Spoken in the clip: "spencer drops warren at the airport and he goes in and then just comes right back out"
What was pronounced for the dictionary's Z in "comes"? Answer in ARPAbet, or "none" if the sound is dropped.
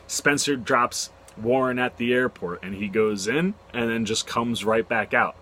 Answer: Z